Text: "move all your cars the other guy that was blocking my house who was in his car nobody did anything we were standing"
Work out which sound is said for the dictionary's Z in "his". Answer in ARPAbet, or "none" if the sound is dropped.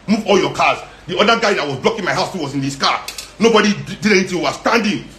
S